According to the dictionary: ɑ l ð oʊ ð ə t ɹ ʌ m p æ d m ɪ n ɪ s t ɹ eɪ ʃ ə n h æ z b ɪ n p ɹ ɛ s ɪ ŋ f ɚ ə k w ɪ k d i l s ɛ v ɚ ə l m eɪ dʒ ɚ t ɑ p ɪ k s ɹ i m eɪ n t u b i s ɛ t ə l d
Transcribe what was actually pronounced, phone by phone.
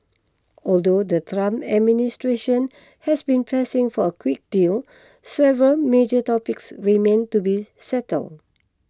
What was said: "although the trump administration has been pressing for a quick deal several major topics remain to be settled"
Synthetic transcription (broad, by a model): ɑ l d oʊ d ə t ɹ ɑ m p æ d m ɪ n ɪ s t ɹ eɪ ʃ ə n h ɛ s b ɪ n p ɹ ɛ s ɪ ŋ f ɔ ə k w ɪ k d i l s ɛ v ɚ ə l m eɪ dʒ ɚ t ɑ p ɪ k s ɹ i m eɪ n t u b i s ɛ t ə l d